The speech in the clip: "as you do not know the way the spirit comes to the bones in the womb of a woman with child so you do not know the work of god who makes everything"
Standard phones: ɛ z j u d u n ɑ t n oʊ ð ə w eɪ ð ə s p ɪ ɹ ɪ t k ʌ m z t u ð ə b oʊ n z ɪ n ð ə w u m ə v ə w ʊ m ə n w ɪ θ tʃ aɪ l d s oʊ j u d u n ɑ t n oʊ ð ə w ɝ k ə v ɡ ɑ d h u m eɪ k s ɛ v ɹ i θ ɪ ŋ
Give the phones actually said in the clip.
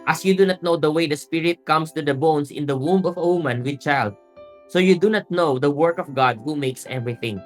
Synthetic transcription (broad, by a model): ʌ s j u d u n ɑ t n oʊ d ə w eɪ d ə s p ɪ ɹ ɪ t k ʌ m s t u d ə b oʊ n s ɪ n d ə w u m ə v ə w ʊ m ə n w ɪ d tʃ aɪ l d s oʊ j u d u n ɑ t n oʊ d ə w ɝ k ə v ɡ ɑ d h u m eɪ k s ɛ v ɹ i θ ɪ ŋ